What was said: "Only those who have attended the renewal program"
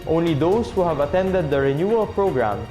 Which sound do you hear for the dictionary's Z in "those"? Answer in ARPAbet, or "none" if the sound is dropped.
S